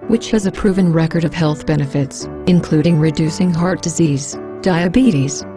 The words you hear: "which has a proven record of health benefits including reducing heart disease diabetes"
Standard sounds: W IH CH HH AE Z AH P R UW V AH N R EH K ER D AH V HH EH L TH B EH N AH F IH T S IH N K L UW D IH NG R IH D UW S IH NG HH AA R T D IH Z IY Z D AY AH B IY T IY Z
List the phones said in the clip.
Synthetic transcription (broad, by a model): W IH CH HH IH Z AH P R UW V AH N R EH K ER D AH V HH EH L TH B EH N AH F IH T S IH N K L UW D IH NG R IH D UW S IH NG HH AA R T D IH Z IY Z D AY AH B IY T IY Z